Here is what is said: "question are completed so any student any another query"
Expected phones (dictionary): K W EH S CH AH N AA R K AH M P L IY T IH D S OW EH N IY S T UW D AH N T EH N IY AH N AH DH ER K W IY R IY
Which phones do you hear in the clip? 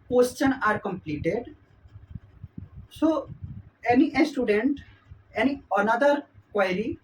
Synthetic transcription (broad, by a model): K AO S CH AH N AA R K AH M P L IY T IH D S OW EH N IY S T UW D AH N T EH N IY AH N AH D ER K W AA R IY